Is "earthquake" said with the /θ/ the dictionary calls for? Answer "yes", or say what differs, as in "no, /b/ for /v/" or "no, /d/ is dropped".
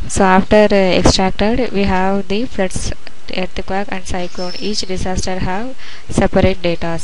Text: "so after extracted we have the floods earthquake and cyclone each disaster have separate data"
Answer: no, /t/ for /θ/